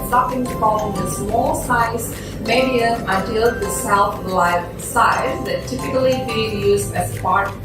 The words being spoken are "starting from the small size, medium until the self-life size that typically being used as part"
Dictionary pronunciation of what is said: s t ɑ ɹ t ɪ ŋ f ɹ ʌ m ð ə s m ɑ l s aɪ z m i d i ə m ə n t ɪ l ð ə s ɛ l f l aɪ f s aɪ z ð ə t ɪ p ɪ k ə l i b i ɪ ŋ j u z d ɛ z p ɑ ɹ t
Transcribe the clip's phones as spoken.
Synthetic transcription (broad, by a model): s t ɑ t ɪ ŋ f l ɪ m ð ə s m ɑ l s aɪ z m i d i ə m ə n t ɪ l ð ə s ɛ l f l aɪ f s aɪ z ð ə t ɪ p ɪ k ə l i b i ɪ ŋ j u z d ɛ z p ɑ ɹ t